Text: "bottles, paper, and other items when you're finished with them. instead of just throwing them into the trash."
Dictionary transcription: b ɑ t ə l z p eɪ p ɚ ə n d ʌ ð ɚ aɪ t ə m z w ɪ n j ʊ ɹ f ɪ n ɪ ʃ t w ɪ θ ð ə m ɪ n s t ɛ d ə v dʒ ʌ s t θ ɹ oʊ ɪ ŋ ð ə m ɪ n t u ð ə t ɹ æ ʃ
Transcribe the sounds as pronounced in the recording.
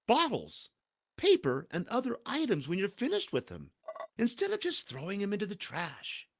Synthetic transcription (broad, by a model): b ɑ t l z p eɪ p ɚ ə n d ʌ ð ɚ aɪ t ə m z w ɪ n j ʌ ɹ f ɪ n ɪ ʃ t w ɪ ð ə m ɪ n s t ɛ d ə v dʒ ʌ s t θ ɹ oʊ ɪ ŋ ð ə m ɪ n t u ð ə t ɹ æ ʃ